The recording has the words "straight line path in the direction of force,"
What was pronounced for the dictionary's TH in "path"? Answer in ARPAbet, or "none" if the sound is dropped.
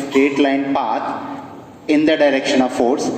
T